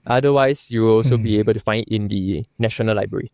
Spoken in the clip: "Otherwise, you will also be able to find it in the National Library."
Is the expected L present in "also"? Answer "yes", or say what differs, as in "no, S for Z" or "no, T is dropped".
yes